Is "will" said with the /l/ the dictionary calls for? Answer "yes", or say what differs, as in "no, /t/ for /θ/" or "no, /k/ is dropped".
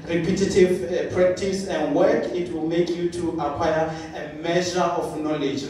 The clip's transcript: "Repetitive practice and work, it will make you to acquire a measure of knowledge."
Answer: yes